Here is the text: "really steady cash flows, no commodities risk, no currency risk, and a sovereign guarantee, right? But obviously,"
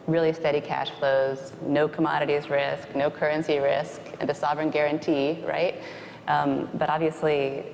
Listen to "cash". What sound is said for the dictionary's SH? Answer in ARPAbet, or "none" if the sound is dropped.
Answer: SH